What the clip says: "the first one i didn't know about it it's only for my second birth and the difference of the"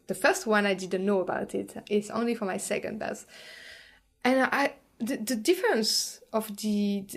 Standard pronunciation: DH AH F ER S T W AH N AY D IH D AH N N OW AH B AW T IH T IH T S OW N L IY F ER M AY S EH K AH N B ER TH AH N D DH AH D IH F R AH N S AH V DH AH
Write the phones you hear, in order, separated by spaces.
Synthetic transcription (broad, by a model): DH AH F ER S T W AH N AY D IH D N N OW AH B AW T IH T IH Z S OW N L IY F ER M AY S EH K AH N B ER S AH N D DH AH D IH F R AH N S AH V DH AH